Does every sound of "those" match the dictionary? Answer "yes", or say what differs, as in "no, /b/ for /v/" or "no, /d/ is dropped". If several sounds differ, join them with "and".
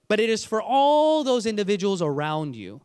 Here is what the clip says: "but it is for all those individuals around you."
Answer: yes